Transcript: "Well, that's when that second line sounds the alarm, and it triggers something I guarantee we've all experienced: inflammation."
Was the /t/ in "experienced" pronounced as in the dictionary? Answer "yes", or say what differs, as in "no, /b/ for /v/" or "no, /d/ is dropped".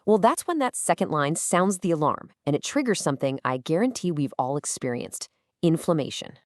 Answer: yes